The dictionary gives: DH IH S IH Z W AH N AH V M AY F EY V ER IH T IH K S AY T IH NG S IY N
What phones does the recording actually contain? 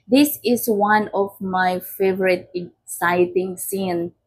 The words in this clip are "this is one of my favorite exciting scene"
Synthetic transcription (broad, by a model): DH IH S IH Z W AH N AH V M AY F EY V ER IH T IH K S AY T IH NG S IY N